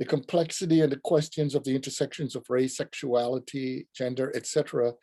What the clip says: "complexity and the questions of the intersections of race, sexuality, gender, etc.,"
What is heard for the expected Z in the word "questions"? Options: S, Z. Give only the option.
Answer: Z